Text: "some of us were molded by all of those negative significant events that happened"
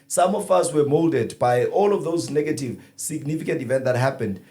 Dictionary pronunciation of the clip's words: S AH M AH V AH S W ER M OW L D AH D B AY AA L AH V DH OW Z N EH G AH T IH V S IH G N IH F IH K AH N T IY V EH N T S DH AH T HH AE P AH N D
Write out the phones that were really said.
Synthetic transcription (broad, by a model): S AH M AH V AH S W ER M OW L D AH D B AY AA L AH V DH OW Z N EH G AH T IH V S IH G N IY F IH K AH N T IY V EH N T DH AH T HH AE P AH N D